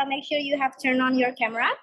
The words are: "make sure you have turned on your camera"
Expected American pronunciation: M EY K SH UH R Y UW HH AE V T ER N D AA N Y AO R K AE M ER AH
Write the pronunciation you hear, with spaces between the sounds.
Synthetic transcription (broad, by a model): M EY K SH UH R Y UW HH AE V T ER N AA N Y AO R K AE M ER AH